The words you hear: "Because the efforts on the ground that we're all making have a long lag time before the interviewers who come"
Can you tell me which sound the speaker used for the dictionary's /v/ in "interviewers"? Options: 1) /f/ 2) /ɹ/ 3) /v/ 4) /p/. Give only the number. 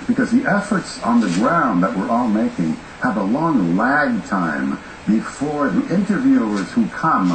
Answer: 3